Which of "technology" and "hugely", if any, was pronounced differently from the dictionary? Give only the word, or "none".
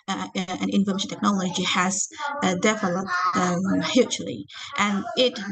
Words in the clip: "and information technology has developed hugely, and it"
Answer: hugely